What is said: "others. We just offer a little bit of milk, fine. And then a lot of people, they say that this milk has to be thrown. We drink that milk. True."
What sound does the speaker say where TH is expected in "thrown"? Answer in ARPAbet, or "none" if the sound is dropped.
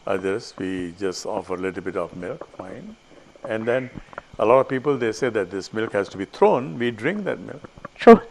T